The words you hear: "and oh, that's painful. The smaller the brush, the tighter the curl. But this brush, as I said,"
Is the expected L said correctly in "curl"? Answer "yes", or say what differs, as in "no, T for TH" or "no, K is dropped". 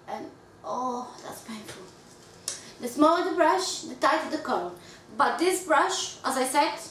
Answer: no, N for L